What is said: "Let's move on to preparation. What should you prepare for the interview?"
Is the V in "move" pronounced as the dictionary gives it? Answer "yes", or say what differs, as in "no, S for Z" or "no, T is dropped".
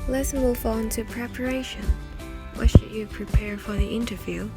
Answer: no, F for V